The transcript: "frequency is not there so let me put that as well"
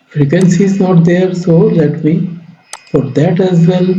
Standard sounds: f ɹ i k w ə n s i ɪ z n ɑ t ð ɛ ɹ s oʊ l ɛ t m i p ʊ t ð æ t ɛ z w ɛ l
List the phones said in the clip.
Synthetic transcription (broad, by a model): f ɹ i k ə n s i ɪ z n ɑ t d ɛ ɹ s oʊ l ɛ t m i f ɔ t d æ t ɛ z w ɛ l